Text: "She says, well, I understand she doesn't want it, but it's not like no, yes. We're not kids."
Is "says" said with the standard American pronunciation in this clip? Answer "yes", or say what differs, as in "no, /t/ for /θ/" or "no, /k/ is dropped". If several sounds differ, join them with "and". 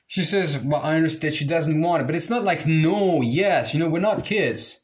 yes